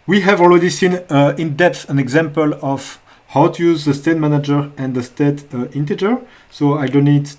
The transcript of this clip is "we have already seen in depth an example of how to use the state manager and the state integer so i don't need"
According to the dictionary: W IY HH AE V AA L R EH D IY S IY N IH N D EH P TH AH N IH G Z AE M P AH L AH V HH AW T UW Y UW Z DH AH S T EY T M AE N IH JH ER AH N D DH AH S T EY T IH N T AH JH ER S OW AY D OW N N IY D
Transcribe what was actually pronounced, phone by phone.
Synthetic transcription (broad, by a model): W IY HH AE V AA L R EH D IY S IY N IH N D EH P TH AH N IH G Z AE M P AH L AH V HH AW T UW Y UW Z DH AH S T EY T M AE N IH JH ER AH N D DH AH S T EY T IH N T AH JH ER S OW AY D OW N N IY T